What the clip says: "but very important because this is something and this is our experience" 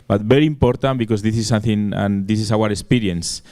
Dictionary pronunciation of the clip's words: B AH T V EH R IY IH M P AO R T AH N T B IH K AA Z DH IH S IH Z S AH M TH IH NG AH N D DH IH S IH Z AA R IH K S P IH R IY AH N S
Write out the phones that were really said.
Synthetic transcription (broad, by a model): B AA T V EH R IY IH M P AO R T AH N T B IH K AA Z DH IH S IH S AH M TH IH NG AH N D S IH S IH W AA R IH K S P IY R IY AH N S